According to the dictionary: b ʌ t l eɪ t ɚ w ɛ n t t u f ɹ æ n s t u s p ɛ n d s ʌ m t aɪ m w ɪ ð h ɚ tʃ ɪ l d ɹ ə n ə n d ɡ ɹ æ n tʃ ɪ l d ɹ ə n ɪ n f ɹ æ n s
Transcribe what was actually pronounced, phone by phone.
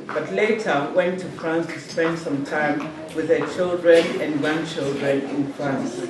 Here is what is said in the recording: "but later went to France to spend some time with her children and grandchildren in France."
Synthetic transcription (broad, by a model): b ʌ t l eɪ t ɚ w ɛ n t t u f ɹ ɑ n s t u s p ɛ n d s ʌ m t aɪ m w ɪ ð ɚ tʃ ɪ l d ɹ ə n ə n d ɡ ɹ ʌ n tʃ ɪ l d ɹ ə n ɪ n f ɹ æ n s